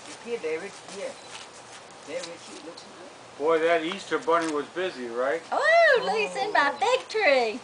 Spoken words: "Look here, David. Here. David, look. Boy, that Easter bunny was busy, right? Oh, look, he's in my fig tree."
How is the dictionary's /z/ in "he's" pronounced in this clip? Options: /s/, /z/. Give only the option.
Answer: /s/